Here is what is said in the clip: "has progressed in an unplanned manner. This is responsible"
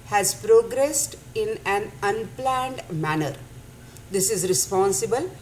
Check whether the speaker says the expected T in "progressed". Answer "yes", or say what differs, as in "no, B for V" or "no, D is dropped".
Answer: yes